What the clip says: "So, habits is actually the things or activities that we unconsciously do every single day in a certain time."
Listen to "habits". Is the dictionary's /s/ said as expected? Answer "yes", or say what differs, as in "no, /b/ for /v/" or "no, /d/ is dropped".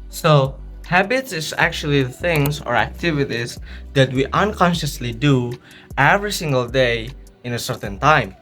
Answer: yes